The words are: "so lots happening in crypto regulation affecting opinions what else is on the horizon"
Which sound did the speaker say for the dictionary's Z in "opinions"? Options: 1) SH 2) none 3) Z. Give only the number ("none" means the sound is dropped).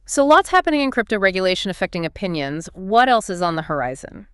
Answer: 3